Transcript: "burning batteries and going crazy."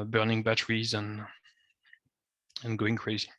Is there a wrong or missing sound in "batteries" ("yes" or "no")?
no